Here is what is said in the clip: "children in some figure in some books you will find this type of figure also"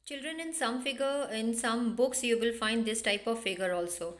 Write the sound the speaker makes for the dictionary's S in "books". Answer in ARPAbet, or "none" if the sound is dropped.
S